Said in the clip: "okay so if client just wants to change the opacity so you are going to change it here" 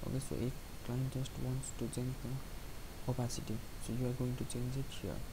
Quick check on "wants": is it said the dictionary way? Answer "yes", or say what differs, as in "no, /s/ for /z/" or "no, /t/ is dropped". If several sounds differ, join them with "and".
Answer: yes